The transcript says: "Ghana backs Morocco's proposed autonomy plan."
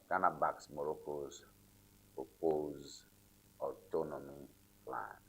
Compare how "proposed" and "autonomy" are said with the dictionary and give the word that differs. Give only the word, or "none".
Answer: proposed